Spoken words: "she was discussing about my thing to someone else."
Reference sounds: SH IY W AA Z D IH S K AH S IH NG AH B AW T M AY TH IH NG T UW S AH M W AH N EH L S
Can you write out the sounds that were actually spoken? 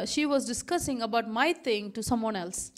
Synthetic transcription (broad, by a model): SH IY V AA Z D IH S K AH S IH NG AH B AW T M AY T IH NG T UW S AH M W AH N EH L S